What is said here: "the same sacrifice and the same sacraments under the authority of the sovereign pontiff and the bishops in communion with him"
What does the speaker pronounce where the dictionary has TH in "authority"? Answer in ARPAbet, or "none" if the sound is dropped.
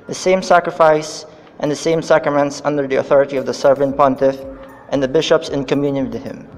TH